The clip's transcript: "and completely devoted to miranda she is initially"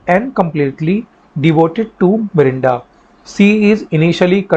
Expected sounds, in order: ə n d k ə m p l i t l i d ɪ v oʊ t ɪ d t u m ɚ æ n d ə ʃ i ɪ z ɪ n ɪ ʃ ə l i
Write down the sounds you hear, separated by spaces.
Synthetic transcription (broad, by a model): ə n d k ə m p l i t l i d ɪ v oʊ t ɪ d t u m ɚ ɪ n d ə s i ɪ z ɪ n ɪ ʃ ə l i